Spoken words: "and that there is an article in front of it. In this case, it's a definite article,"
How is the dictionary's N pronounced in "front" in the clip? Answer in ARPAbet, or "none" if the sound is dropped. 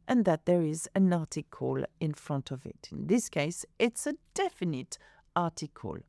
N